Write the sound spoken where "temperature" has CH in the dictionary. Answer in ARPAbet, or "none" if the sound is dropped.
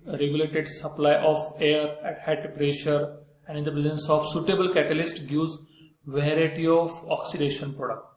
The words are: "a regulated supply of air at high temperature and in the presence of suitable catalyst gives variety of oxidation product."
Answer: SH